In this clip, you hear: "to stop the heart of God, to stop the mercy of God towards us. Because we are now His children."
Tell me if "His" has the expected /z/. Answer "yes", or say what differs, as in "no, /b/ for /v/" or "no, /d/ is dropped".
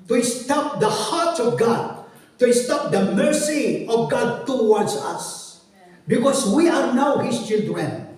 no, /s/ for /z/